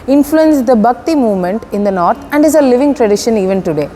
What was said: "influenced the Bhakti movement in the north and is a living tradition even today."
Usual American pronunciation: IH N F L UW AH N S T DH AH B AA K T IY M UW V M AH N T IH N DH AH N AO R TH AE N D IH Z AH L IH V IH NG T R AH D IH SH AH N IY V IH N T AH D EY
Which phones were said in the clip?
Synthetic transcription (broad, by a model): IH N F L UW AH N S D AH B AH K T IY M UW V M AH N T IH N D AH N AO R T AE N D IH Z AH L IH V IH NG T R AH D IH SH AH N IY V IH N T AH D EY